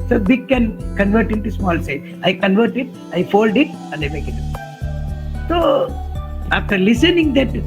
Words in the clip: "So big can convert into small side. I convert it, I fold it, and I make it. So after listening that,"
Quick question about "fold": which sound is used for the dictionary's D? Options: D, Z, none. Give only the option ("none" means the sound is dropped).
D